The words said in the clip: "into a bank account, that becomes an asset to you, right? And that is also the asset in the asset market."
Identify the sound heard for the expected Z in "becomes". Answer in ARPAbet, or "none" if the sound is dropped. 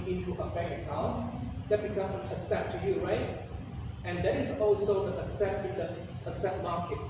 none